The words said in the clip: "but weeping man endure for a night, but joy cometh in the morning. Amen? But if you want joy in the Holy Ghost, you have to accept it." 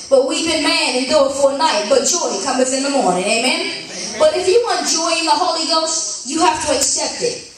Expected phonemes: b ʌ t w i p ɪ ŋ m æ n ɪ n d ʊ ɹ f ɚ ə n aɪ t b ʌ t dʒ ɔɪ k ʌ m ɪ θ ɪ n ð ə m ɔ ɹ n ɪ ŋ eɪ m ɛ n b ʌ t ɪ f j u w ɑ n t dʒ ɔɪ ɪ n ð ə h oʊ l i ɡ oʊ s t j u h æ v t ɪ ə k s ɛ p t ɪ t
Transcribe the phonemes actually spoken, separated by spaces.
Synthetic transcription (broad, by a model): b ʌ t w i b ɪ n m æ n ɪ n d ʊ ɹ f ɚ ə n aɪ t b ʌ t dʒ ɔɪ k ʌ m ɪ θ ɪ n ð ə m ɔ ɹ n ɪ ŋ eɪ m ɛ n b ʌ t ɪ f j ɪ w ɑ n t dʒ ɔɪ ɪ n ð ə h oʊ l i ɡ oʊ s t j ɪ h æ f t ɪ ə k s ɛ p t ɪ t